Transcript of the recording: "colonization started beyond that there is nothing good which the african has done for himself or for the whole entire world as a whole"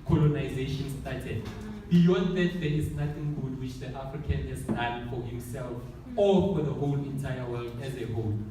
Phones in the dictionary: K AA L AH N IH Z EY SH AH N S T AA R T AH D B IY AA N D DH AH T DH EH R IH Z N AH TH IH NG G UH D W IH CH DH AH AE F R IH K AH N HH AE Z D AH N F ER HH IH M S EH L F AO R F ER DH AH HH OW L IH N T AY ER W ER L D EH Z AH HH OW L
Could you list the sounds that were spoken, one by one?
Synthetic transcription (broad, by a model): K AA L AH N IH Z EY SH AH N S T AA T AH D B IY AA N D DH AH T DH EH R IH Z N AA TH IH NG G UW D W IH CH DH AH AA F R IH K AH N HH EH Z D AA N F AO HH IH M S EH L F AO L F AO DH AH HH OW L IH N T AY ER W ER L D EH Z AH HH OW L